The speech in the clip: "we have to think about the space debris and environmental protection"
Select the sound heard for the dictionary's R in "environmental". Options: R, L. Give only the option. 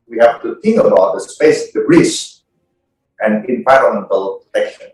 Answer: L